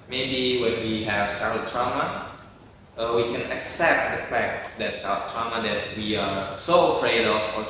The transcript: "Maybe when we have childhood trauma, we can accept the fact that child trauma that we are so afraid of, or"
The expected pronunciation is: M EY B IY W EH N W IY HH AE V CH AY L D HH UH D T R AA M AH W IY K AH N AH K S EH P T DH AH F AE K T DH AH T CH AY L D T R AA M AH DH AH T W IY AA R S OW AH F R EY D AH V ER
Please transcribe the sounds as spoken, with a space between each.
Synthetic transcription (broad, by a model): M EY B IY W EH N W IY HH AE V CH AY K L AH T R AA M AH W IY K AH N AH K S EH P T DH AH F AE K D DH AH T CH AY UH T R AA M AH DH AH T W IY AA R S OW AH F R EY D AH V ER